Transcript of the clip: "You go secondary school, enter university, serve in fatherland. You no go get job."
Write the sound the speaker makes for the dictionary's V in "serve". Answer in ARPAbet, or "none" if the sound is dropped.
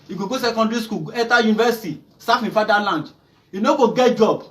F